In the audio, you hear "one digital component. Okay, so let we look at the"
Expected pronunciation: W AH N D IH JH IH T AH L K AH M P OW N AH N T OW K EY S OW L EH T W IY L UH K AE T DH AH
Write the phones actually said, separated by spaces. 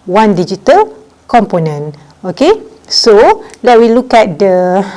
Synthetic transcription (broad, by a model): W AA N D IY JH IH T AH L K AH M P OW N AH N OW K EY S OW L EH T W IY L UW K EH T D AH